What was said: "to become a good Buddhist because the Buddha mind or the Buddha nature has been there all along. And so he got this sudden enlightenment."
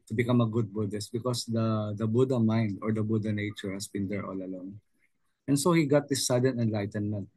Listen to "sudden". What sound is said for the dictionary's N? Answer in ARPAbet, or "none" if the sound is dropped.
N